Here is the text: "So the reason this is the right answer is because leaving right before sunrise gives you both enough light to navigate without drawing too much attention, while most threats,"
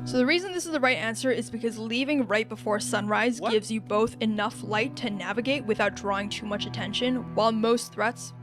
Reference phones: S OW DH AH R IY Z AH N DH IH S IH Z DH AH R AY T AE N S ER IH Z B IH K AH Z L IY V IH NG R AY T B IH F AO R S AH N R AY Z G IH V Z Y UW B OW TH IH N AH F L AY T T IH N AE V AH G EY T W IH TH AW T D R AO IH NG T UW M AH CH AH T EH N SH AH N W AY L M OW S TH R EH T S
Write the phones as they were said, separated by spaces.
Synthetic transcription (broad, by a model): S OW DH AH R IY Z AH N DH IH S IH Z DH AH R AY T AE N S ER IH Z B IH K AH Z L IY V IH NG R AY T B IH F AO R S AH N R AY Z G IH V Z Y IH B OW TH IH N AH F L AY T T IH N AE V AH G EY T W IH TH AW T D R AO IH NG T UW M AH CH AH T EH N SH AH N W AY L M OW S TH R EH T S